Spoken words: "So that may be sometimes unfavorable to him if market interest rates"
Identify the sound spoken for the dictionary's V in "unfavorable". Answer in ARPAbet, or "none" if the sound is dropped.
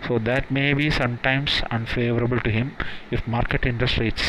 V